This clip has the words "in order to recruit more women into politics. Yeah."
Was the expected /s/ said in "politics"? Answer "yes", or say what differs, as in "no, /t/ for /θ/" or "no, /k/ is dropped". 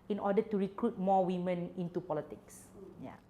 yes